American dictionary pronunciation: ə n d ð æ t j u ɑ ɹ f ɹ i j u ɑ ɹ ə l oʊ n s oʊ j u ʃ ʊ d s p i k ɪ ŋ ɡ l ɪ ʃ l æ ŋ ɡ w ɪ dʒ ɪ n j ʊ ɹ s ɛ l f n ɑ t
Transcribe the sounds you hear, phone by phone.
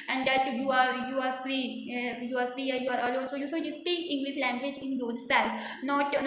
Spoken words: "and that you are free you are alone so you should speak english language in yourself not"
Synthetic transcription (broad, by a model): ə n d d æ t j u ɑ ɹ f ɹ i j u ɑ ɹ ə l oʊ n s oʊ j u s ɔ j s p i k ɪ ŋ ɡ l ɪ ʃ l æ ŋ ɡ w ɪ dʒ ɪ n j ʊ ɹ s ɛ l f n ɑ t